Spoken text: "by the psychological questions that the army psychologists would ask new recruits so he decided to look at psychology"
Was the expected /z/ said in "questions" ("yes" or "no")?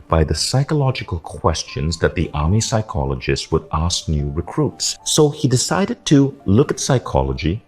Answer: yes